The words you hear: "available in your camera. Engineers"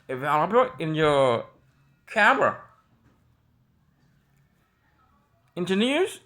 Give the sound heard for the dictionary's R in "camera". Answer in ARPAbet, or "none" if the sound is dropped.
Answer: R